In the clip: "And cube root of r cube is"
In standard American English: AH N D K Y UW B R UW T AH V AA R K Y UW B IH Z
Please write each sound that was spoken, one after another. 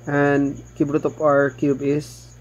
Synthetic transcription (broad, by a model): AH N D K Y UW B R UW T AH P AA R K Y UW B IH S